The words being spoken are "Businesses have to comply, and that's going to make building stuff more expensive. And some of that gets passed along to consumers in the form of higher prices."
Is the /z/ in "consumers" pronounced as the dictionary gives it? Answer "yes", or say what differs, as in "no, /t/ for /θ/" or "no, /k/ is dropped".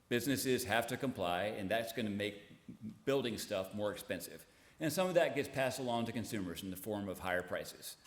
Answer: yes